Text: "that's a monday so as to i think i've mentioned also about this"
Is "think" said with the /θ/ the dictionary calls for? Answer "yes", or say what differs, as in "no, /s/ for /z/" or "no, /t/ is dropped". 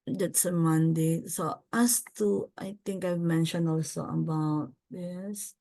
no, /t/ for /θ/